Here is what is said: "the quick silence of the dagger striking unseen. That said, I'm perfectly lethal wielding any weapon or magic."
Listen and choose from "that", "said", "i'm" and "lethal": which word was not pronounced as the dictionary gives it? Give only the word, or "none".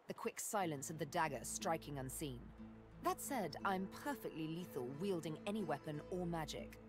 none